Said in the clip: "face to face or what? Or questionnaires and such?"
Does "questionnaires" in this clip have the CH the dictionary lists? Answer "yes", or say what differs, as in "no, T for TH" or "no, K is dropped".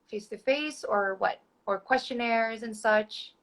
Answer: yes